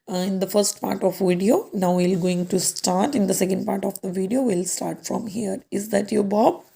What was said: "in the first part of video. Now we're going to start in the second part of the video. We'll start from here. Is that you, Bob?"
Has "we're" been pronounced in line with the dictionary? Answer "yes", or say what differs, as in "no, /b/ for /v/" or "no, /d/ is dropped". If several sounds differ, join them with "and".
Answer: no, /l/ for /ɹ/